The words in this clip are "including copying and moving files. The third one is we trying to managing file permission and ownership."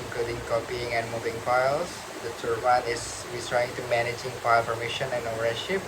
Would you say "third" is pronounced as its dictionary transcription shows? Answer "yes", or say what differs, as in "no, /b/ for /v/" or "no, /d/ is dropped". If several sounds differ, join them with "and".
no, /t/ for /θ/